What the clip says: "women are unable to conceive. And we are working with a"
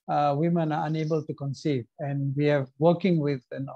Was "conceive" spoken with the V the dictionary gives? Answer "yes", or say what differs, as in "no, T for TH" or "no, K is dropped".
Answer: yes